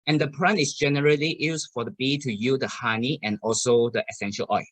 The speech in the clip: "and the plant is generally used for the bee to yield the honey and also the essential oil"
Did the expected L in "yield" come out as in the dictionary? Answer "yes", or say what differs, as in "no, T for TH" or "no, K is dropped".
no, L is dropped